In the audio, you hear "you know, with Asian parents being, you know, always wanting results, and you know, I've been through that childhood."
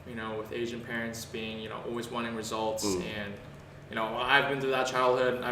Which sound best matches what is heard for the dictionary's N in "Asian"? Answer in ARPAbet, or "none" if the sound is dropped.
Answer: N